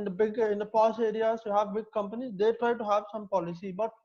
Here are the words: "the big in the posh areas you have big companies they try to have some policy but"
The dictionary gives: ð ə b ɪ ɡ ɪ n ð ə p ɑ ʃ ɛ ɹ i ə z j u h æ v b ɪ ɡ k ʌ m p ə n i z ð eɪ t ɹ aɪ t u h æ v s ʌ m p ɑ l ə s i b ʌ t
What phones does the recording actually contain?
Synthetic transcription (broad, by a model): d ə b ɪ ɡ ɪ n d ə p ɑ s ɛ ɹ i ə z j u h æ v b ɪ ɡ k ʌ m p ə n i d eɪ t ɹ aɪ t u h æ v s ʌ m p ɑ l ə s i b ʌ t